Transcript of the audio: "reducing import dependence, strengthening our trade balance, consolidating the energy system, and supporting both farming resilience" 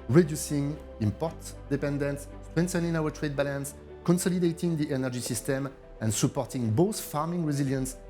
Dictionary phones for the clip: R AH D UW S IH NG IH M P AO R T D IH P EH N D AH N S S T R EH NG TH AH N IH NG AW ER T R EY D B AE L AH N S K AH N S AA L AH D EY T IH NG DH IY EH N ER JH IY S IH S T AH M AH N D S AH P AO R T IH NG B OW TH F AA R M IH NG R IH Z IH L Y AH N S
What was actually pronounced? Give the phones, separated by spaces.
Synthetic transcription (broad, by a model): R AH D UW S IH NG IH M P AO R T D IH P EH N D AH N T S T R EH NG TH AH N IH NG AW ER T R EY D B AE L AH N S K AH N S AA L AH D EY T IH NG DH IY EH N ER JH IY S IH S T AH M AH N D S AH P AO R T IH NG B OW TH F AA R M IH NG R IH Z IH L Y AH N S